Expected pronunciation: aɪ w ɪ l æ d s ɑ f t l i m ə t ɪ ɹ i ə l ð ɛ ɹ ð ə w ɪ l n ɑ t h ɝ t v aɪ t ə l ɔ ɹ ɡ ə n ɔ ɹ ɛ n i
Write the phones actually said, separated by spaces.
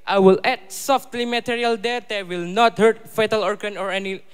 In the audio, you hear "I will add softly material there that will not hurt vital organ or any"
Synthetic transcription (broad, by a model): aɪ w ɪ l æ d s ɑ f t l i m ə t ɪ ɹ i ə l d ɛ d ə w ɪ l n ɑ t h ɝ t f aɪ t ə l ɔ ɹ ɡ ə n ɔ ɹ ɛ n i